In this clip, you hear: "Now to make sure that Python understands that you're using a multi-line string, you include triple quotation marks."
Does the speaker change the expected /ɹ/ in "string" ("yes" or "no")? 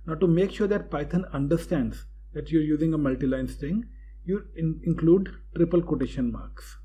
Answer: yes